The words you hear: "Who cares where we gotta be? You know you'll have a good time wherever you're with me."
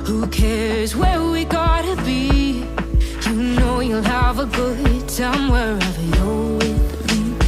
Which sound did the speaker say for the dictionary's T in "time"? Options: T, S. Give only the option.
S